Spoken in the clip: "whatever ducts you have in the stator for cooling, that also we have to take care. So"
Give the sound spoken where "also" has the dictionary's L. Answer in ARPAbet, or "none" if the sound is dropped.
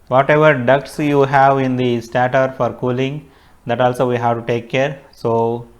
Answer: L